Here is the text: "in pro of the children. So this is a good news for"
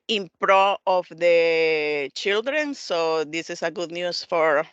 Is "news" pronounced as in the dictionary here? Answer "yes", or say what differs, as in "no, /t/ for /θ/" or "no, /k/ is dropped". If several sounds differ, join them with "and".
no, /s/ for /z/